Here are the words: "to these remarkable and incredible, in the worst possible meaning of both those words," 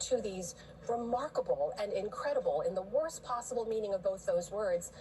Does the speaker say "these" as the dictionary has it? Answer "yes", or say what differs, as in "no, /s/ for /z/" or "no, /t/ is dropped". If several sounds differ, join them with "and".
yes